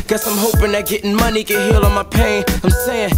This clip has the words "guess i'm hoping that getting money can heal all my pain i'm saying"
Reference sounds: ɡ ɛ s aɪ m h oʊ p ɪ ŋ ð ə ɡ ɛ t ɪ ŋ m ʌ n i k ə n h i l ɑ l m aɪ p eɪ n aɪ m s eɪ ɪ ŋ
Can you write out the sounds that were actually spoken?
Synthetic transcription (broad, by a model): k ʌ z aɪ m h oʊ p ɪ ŋ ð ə ɡ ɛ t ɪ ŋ m ʌ n i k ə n h i l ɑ n m aɪ p eɪ n aɪ m s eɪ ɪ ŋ